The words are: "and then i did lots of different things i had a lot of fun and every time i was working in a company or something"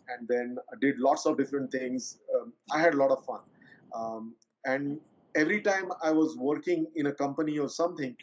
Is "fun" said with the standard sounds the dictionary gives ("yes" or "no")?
yes